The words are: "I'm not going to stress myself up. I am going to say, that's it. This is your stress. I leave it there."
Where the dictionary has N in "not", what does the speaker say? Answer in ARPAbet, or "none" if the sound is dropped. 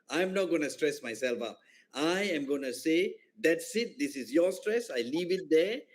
N